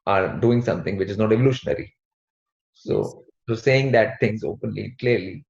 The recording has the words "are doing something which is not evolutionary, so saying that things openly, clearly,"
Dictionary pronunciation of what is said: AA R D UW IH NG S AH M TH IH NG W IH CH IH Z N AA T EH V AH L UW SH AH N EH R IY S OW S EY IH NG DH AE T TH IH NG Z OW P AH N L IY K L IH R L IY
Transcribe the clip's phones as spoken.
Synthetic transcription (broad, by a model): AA R D UW IH NG S AH M T IH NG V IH CH IH Z N AA T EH V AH L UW SH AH N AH R IY S OW S EY IH NG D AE T T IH NG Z OW P AH N L IY K L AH R L IY